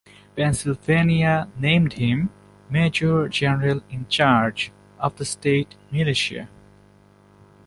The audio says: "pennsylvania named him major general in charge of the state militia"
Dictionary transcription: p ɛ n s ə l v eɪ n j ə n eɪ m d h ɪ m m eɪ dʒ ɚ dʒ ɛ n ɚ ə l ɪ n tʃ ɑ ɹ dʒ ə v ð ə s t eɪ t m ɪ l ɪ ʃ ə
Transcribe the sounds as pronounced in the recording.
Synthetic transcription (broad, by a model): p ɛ n s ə l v eɪ n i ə n eɪ m d h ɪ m m eɪ dʒ ɚ dʒ ɛ n ɚ ə l ɪ n tʃ ɑ ɹ dʒ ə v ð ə s t eɪ t m ɪ l ɪ ʃ ə